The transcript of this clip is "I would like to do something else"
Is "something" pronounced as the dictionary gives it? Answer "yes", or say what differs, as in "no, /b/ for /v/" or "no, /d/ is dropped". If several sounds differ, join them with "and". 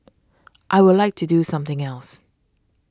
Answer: yes